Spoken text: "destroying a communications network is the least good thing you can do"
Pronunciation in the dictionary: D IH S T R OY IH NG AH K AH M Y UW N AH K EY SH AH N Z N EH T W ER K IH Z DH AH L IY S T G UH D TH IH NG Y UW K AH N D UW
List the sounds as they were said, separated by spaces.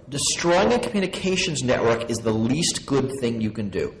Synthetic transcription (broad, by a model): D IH S T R OY IH NG AH K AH M Y UW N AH K EY SH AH N Z N EH T W ER K IH Z DH AH L IY S T G UH D TH IH NG Y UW K AH N D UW